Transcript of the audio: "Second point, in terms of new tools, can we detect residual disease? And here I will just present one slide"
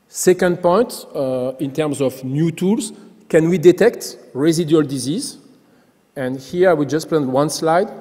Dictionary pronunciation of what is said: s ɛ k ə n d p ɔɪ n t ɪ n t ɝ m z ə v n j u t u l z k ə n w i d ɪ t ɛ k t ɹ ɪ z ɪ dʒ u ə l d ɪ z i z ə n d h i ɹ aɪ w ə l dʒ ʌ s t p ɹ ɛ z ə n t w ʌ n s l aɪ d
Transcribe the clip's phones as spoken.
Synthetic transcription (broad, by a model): s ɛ k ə n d p ɔɪ n t ɪ n t ɝ m z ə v n j u t u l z k ə n w i d ɪ t ɛ k t ɹ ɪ z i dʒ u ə l d ɪ z i z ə n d h i ɹ aɪ w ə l dʒ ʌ s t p l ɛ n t w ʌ n s l aɪ d